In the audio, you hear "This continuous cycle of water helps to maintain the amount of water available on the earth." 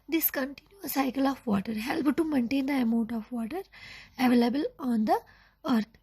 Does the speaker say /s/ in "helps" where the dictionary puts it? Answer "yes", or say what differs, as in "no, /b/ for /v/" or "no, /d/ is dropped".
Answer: no, /s/ is dropped